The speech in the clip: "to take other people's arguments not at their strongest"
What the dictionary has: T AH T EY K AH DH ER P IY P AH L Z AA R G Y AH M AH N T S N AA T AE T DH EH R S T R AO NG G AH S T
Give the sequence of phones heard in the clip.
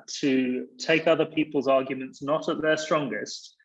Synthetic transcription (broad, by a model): T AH T EY K AH DH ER P IY P AH L Z AA G Y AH M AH N T S N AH T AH T DH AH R S T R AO NG G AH S T